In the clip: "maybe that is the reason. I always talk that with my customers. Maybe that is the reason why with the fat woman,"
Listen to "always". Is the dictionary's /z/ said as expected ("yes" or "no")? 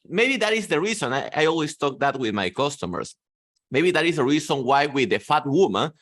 no